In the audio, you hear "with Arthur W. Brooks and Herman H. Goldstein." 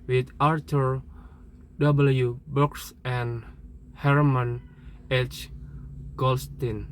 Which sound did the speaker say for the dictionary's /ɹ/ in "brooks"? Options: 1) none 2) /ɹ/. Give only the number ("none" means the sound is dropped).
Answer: 1